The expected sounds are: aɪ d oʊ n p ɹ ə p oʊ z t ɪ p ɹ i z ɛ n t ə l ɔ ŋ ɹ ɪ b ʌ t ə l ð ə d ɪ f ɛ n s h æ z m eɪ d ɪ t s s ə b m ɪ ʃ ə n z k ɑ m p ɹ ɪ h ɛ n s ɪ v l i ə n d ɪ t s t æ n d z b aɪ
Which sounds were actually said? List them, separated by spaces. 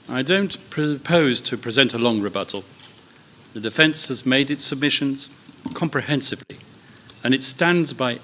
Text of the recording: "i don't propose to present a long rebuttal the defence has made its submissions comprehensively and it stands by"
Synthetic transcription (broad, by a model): aɪ d oʊ n p ɹ ə p oʊ z t ɪ p ɹ i z ɛ n t ə l ɔ ŋ ɹ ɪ b ʌ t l ð ə d ɪ f ɛ n s h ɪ z m eɪ d ɪ t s s ə b m ɪ ʃ ə n z k ɑ m p ɹ ɪ h ɛ n s ɪ v l i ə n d ɪ t s t æ n d z b aɪ